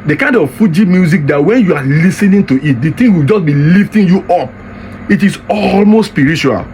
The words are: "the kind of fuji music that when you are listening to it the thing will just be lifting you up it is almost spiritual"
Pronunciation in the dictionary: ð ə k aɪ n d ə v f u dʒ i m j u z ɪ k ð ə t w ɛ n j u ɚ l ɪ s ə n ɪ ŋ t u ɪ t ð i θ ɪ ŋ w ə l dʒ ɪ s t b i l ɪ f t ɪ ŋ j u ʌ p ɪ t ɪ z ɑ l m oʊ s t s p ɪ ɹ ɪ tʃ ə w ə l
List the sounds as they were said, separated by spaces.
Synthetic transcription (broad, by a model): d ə k aɪ n d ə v f u dʒ i m j u z ɪ k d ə t w ɛ n j u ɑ l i s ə n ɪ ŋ t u ɪ t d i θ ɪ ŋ w ə l dʒ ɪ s b i l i f t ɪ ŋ j u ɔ p ɪ t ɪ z ɑ l m oʊ s t s p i ɹ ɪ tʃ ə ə l